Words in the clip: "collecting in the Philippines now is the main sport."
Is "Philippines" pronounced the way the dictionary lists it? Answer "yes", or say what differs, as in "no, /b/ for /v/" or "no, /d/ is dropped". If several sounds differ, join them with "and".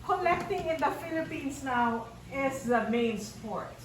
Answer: no, /s/ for /z/